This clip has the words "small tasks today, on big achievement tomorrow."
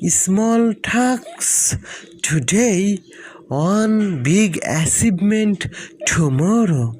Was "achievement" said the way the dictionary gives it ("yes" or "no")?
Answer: no